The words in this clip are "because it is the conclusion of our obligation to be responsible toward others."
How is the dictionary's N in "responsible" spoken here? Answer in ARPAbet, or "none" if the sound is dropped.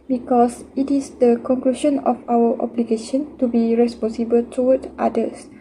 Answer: N